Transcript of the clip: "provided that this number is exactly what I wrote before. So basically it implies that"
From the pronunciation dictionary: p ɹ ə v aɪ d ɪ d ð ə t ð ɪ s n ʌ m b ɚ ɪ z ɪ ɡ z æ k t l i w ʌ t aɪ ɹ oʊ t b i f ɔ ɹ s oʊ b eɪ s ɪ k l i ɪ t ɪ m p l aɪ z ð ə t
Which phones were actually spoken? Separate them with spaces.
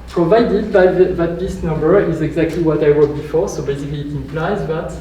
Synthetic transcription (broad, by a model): p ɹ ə v aɪ d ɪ d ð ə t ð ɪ s n ʌ m b ɚ ɪ z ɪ ɡ z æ k t l i w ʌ t aɪ w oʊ b i f ɔ ɹ s oʊ b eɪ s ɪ k l i t ɪ m p l aɪ z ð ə t